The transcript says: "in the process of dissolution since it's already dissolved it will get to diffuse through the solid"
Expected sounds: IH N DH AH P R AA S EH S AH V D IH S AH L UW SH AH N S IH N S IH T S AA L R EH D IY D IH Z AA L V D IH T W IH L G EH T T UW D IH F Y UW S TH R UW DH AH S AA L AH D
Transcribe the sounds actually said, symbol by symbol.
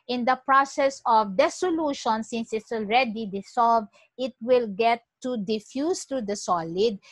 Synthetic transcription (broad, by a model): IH N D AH P R AA S EH S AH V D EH S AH L UW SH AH N S IH N S IH T S AA L R EH D IY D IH S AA L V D IH T W IH L G EH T T UW D IH F Y UW S T R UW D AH S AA L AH D